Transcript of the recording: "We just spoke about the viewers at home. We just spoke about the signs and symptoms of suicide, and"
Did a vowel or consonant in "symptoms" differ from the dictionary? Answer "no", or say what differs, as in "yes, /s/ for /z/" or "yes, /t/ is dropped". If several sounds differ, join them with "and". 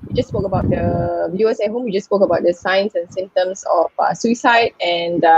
yes, /p/ is dropped and /s/ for /z/